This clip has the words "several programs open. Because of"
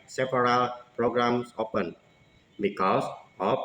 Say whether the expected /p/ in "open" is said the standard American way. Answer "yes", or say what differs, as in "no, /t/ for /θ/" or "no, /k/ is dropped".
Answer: yes